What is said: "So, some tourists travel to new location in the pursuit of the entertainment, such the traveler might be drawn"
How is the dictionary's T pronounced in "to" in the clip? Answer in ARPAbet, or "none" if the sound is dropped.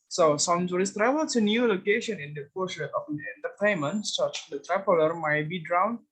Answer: S